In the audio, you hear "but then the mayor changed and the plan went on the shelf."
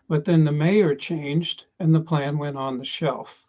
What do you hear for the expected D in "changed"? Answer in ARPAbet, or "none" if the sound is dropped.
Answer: D